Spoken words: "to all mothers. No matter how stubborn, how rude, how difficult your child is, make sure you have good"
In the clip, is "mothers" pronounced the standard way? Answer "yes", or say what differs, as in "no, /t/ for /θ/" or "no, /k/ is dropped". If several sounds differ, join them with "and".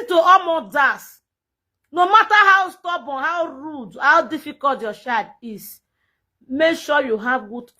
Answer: no, /s/ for /z/